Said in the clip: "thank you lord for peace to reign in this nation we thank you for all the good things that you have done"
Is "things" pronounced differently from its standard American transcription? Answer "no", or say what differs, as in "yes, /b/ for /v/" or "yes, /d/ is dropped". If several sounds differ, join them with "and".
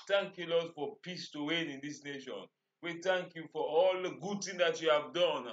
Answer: yes, /t/ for /θ/